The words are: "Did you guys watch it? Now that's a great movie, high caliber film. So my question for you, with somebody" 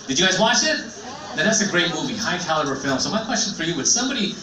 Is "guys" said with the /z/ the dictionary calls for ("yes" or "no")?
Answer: yes